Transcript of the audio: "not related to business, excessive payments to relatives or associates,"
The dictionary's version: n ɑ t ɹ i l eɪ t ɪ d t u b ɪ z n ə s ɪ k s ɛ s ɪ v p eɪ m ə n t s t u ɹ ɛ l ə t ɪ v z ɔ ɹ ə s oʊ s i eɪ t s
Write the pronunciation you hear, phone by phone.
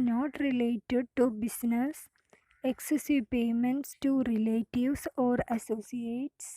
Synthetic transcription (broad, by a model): n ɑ t ɹ i l eɪ t ɪ d t u b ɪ s n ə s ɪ k s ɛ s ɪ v p eɪ m ə n t s t u ɹ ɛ l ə t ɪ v s ɔ ɹ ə s oʊ s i eɪ t s